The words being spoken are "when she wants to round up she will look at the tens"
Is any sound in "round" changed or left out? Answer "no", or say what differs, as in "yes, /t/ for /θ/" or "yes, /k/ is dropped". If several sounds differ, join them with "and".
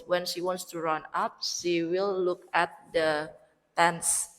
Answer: yes, /d/ is dropped